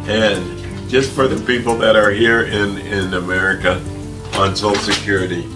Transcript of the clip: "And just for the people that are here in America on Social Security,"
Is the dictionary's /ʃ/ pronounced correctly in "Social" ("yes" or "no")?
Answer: no